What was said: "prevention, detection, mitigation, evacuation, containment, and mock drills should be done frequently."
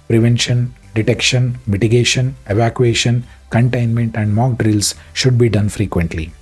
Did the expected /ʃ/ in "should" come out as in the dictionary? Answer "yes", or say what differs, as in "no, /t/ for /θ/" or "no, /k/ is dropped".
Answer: yes